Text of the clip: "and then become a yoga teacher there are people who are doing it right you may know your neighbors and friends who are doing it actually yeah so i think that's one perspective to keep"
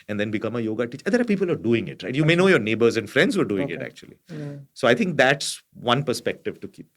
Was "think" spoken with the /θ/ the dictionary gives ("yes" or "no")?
no